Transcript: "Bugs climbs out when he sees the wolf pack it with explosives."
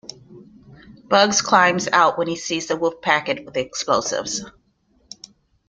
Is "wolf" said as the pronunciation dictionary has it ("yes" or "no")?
no